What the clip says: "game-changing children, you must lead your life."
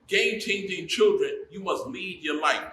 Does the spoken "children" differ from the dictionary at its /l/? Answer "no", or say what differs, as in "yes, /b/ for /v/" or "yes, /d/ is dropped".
no